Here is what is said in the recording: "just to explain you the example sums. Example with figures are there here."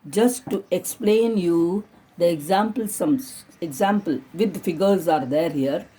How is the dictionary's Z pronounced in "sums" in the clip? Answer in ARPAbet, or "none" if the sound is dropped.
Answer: none